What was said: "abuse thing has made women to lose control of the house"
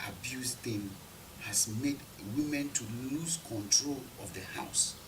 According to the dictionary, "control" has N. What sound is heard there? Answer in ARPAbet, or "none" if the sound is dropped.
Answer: N